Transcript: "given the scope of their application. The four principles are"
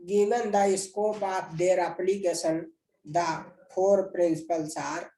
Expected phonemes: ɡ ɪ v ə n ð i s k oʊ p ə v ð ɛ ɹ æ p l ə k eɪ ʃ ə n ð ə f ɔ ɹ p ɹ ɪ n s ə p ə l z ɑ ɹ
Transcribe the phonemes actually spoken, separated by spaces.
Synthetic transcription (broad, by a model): ɡ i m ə n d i s k oʊ p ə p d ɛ ɹ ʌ p l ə k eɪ s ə n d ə p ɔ ɹ p ɹ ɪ n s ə p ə l s ɑ ɹ